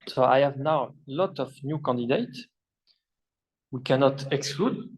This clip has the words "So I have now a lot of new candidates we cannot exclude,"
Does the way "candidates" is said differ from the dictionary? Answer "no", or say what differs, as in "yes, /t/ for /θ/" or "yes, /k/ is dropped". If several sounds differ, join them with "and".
yes, /s/ is dropped